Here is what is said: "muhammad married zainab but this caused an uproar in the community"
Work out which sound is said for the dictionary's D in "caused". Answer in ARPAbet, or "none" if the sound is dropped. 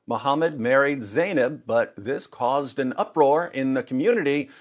D